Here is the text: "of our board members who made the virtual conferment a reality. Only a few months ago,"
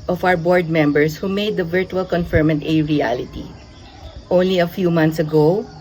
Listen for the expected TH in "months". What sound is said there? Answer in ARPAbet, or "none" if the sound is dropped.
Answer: T